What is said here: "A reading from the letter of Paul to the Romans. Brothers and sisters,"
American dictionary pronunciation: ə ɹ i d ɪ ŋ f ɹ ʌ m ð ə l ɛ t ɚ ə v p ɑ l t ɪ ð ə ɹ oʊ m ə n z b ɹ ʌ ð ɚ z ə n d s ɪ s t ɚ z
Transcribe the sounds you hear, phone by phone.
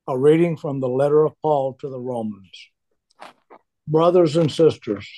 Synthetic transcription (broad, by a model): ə ɹ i d ɪ ŋ f ɹ ʌ m ð ə l ɛ t ɚ ə v p ɑ l t ɪ ð ə ɹ oʊ m ə n z b ɹ ʌ ð ɚ z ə n s ɪ s t ɚ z